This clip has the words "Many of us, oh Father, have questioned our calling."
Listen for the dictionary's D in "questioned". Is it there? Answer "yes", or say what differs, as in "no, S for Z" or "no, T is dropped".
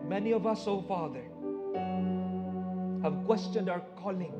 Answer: yes